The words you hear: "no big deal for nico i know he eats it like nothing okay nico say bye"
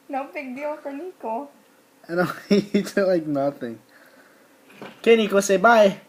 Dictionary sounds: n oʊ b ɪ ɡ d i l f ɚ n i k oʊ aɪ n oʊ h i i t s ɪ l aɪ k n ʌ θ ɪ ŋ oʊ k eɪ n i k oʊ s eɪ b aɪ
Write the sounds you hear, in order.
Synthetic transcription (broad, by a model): n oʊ b ɪ ɡ d i l f ɚ n i k oʊ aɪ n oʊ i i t ɪ l aɪ k n ʌ θ ɪ ŋ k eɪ n i k oʊ s eɪ b aɪ